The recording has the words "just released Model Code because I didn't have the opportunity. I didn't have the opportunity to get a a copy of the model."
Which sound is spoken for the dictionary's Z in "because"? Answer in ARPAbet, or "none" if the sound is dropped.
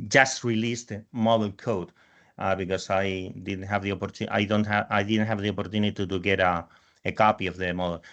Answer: S